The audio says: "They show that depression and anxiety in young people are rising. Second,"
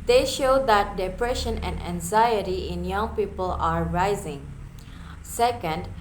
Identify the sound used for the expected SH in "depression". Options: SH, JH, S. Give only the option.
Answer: SH